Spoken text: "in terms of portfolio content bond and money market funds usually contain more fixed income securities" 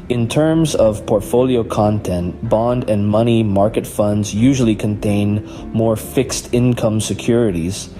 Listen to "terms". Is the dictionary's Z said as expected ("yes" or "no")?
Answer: yes